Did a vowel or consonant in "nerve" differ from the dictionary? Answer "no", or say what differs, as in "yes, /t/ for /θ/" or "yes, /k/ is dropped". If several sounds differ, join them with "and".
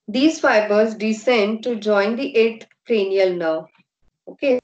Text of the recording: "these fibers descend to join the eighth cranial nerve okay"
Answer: yes, /v/ is dropped